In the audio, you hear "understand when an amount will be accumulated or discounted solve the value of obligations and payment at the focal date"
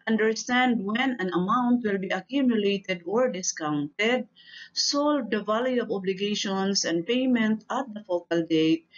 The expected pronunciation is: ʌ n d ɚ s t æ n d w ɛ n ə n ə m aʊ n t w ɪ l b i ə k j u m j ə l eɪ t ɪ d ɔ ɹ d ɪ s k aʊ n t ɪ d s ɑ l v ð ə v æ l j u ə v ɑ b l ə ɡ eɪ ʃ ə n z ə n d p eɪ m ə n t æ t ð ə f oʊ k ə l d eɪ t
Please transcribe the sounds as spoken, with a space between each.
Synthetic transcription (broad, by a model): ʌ n d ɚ s t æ n d w ɛ n ə n ə m aʊ n t w ɪ l b i ə k j u m j ə l eɪ t ɪ d ɔ ɹ d ɪ s k aʊ n t ɪ d s ɑ l v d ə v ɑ l j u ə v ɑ b l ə ɡ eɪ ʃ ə n s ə n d p eɪ m ə n t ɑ t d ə f oʊ k ə l d eɪ t